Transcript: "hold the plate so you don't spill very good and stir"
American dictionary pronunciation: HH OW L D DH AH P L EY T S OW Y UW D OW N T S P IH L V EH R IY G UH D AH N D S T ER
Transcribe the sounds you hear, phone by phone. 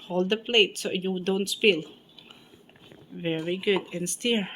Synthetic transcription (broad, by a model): HH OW L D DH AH P L EY T S OW Y UW D OW N T S P IH L V EH R IY G UH D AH N S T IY